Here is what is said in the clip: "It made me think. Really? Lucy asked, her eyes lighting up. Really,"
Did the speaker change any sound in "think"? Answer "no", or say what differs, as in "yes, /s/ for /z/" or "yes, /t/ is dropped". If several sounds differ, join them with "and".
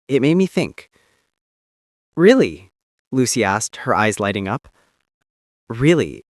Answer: no